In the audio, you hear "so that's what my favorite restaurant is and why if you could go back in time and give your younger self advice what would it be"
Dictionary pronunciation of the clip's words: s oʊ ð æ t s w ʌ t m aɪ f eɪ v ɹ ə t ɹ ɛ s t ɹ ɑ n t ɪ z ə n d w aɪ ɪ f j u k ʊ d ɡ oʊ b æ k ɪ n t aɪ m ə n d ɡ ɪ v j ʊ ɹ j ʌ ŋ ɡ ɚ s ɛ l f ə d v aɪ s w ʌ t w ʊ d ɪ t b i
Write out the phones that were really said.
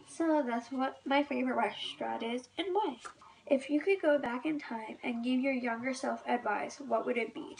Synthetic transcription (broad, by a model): s oʊ ð æ t s w ʌ t m aɪ f eɪ v ɹ ə t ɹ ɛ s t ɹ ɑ t ɪ z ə n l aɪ ɪ f j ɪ k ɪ d ɡ oʊ b æ k ɪ n t aɪ m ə n ɡ ɪ v j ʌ ɹ j ʌ ŋ ɡ ɚ s ɛ l f ə d v aɪ s w ʌ t w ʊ d ɪ t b i